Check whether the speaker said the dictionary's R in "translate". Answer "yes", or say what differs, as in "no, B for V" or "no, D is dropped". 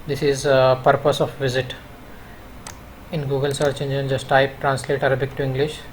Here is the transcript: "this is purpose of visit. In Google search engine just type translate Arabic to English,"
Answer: yes